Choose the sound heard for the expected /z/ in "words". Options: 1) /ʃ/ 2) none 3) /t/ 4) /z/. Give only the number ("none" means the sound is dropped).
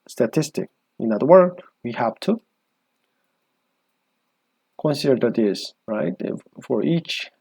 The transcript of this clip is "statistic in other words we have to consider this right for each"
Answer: 2